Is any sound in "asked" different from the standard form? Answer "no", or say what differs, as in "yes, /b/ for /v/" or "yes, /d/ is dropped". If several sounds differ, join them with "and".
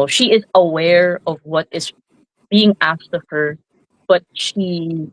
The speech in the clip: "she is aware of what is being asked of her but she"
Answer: no